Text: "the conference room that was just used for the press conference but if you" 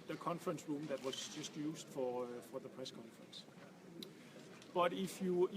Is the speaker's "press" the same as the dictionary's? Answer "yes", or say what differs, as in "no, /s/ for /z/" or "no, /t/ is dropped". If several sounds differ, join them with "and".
yes